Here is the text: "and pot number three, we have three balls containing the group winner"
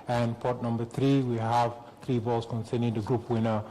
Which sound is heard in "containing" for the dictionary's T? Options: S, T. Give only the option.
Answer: S